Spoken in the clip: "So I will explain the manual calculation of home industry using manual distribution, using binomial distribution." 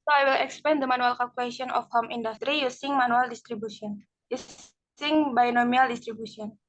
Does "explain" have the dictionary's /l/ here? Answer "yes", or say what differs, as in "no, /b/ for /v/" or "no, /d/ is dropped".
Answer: no, /l/ is dropped